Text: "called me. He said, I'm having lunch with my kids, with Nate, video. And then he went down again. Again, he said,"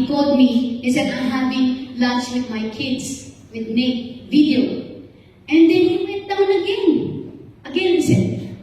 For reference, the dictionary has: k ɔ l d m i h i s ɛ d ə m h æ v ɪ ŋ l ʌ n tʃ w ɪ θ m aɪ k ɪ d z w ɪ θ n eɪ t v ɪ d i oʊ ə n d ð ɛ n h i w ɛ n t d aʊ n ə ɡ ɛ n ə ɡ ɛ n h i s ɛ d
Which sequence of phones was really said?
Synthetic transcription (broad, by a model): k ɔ l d m i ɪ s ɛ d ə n h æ p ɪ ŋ l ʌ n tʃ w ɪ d m aɪ k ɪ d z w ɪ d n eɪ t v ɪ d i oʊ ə n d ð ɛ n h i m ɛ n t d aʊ n ə ɡ ɛ n ə ɡ ɛ n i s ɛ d